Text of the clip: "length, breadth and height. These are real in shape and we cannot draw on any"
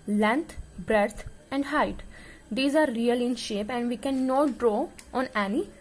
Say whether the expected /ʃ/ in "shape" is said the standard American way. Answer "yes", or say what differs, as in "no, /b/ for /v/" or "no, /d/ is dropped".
yes